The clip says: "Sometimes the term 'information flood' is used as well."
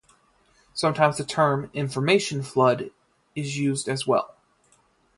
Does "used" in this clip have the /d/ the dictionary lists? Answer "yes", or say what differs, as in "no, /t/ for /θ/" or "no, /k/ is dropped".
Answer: yes